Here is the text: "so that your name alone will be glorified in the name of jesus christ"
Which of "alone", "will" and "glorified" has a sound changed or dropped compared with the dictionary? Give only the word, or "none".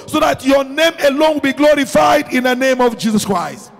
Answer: none